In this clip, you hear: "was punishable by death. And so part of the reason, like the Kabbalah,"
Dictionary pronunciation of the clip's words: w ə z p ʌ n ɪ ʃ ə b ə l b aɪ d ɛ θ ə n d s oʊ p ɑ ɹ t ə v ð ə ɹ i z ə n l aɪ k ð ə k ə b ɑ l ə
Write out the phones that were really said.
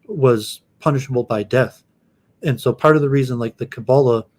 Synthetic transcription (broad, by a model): w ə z p ʌ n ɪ ʃ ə b l b aɪ d ɛ θ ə n s oʊ p ɑ ɹ t ə v ð ə ɹ i z ə n l aɪ k ð ə k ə b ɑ l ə